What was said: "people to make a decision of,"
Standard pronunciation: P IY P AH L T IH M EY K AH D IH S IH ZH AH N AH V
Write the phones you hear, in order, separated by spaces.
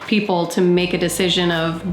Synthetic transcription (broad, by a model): P IY P L T IH M EY K AH D IH S IH ZH AH N AH V